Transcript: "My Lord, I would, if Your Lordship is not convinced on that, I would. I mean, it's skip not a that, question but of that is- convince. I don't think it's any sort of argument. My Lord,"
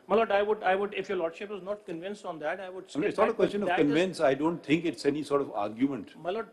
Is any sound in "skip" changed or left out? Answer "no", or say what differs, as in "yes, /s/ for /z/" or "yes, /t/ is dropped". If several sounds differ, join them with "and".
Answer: yes, /k/ is dropped